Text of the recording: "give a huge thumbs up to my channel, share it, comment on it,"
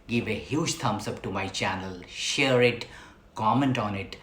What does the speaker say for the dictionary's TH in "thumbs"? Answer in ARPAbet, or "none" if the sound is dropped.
T